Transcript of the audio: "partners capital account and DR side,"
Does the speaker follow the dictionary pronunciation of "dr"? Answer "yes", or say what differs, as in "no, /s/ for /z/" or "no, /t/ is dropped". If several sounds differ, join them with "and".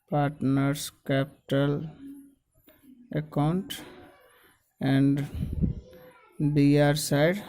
no, /k/ is dropped